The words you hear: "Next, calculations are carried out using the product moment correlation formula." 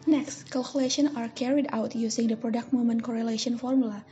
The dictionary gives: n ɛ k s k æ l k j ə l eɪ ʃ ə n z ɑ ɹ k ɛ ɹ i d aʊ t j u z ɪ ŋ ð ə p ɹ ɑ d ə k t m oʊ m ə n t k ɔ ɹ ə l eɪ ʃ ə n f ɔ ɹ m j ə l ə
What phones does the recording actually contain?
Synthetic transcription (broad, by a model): n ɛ k s k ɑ l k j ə l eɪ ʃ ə n ɑ ɹ k ɛ ɹ i d aʊ t j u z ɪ ŋ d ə p ɹ ɑ d ə k t m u m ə n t k ɔ ɹ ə l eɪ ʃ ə n f ɔ ɹ m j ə l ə